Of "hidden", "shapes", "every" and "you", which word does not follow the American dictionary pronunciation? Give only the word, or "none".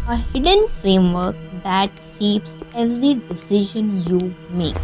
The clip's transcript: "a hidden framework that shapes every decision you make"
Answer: shapes